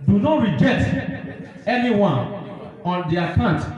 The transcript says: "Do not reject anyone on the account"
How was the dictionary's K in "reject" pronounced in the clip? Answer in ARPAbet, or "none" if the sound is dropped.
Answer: K